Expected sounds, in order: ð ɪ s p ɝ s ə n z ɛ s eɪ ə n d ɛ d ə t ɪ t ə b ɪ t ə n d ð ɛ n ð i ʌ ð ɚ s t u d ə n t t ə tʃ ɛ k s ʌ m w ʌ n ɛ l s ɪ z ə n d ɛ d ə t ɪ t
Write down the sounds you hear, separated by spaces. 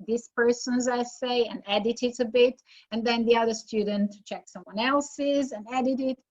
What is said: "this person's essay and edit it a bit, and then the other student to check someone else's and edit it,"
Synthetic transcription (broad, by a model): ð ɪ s p ɝ s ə n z ɛ s eɪ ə n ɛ d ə t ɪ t ə b ɪ t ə n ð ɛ n ð i ʌ ð ɚ s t u d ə n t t tʃ ɛ k s ʌ m w ʌ n ɛ l s ɪ z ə n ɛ d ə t ɪ t